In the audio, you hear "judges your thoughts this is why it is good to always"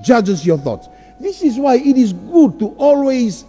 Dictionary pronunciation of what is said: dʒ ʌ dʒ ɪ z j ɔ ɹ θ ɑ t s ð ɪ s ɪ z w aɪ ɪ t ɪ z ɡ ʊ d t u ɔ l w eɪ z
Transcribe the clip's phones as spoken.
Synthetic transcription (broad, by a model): dʒ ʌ dʒ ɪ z j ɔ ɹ θ ɑ t s ð ɪ s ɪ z w aɪ ɪ t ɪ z ɡ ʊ d t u ɔ l w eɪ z